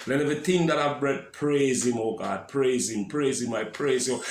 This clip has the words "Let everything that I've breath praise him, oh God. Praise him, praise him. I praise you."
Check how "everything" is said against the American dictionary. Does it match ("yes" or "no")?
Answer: no